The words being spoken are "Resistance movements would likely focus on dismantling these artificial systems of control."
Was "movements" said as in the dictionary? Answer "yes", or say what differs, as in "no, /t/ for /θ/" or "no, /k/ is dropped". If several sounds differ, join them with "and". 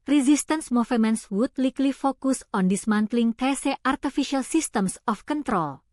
no, /f/ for /v/